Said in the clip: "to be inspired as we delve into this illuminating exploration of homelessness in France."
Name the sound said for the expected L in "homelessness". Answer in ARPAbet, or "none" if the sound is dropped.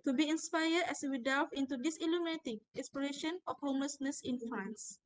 L